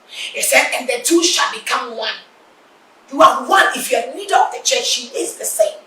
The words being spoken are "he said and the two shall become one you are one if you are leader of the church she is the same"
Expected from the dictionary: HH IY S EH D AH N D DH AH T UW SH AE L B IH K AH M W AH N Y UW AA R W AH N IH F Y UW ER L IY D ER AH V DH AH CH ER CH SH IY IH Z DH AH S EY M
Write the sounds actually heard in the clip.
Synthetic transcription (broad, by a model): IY S EH D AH N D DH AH T UW SH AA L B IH K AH M W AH N Y UW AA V W AH N IH F Y UW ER N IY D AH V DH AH CH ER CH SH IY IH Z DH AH S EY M